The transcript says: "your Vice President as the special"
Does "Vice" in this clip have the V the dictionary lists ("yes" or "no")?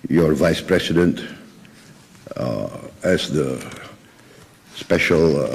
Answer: yes